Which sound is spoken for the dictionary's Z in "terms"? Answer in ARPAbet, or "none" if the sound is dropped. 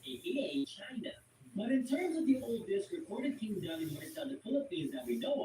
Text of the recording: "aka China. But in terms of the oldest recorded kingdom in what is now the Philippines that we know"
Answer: Z